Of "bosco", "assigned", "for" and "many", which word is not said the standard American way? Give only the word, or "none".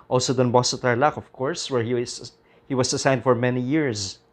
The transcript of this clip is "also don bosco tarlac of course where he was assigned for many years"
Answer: bosco